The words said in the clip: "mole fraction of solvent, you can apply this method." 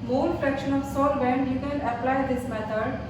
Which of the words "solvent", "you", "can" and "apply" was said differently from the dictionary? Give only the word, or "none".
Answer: solvent